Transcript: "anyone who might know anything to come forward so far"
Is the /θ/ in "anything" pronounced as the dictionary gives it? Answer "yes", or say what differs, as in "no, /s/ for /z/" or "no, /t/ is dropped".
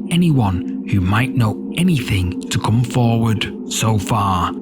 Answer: yes